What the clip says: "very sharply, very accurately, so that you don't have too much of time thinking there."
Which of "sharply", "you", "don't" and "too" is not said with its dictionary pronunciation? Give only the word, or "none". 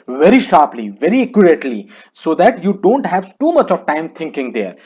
none